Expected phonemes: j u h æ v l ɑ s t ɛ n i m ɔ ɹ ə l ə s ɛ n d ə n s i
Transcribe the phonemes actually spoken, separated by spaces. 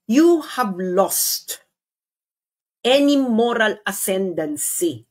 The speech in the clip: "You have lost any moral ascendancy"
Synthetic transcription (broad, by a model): j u h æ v l ɑ s t ɛ n i m ɔ ɹ ə l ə s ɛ n d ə n s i